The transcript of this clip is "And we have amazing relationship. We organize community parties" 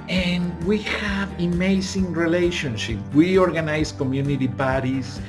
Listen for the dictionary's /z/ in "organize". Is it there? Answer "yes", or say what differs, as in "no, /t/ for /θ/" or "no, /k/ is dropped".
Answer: no, /s/ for /z/